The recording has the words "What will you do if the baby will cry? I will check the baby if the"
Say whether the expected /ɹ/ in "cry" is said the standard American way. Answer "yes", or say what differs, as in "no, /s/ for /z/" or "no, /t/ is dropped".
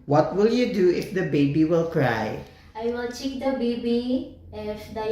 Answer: yes